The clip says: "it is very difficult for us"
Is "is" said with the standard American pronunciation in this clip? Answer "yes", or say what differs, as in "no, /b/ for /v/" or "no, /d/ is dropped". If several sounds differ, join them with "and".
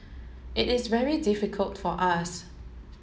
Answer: yes